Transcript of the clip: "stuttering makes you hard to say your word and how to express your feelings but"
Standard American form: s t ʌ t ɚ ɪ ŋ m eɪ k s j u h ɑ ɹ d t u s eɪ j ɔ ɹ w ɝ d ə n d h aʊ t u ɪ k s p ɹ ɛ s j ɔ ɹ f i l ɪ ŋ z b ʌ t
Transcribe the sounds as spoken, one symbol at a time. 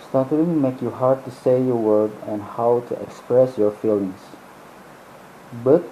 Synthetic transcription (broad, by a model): s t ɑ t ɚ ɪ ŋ m eɪ k j u h ɑ ɹ d t u s eɪ j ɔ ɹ w ɝ d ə n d h aʊ t u ɪ k s p ɹ ɛ s j ɔ ɹ f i l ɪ ŋ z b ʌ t